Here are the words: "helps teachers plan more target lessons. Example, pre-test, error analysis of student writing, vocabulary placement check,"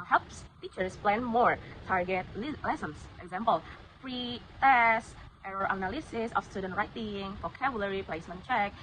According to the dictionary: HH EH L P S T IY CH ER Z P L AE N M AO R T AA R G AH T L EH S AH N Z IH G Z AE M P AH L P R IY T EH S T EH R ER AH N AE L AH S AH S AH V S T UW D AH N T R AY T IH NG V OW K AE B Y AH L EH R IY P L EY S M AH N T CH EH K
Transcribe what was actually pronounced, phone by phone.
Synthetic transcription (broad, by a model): HH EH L P S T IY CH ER S P L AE N M AO R T AA R G AH T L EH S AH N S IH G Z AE M P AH L F R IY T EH S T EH R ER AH N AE L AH S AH S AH F S T UW D AH N T R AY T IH NG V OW K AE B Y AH L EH R IY P L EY S M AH N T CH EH K